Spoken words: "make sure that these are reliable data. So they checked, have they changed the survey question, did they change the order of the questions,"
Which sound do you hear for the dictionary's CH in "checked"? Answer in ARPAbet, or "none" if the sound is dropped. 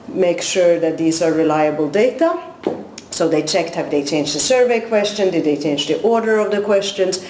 CH